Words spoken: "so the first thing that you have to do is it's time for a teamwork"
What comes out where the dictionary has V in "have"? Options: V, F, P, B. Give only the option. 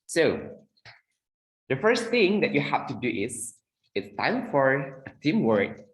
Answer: F